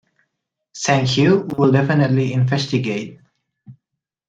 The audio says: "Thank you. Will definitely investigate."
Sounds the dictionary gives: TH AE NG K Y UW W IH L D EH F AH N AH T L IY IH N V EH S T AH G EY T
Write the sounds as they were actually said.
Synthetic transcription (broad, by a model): S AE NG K Y UW W IH L D EH F AH N AH T L IY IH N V EH S T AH G EY T